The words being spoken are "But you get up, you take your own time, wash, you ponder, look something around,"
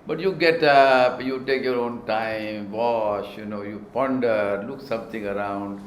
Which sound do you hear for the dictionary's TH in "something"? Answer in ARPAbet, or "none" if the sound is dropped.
T